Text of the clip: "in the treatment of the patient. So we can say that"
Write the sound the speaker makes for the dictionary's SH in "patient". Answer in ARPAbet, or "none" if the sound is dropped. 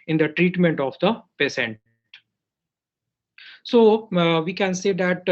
S